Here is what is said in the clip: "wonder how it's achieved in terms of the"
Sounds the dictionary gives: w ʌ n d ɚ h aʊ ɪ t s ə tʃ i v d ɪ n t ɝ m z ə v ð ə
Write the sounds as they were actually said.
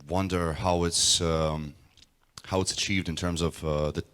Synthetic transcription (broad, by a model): w ʌ n d ɚ h aʊ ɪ t s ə tʃ i v d ɪ n t ɝ m z ə v ð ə